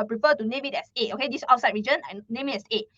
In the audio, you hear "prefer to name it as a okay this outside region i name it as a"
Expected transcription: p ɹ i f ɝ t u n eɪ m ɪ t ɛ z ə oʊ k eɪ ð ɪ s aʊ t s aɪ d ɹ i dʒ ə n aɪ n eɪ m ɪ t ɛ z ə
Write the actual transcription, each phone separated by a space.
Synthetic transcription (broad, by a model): p ɹ i f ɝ t u n eɪ m ɪ t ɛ s ə oʊ k eɪ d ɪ s aʊ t s aɪ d ɹ i dʒ ə n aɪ n eɪ m ɪ t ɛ s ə